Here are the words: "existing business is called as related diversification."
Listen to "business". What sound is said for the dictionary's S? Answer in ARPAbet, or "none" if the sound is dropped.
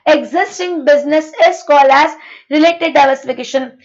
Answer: S